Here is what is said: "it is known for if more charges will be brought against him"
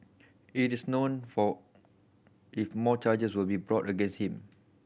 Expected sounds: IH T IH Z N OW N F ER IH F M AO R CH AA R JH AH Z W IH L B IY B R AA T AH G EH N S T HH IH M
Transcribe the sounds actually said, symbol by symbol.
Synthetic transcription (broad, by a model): IH T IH S N OW N F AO IH F M AO CH AA JH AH S W IH L B IY B R AA T AH G EH N S T HH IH M